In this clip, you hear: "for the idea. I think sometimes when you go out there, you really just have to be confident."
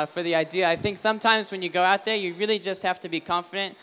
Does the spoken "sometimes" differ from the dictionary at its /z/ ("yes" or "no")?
no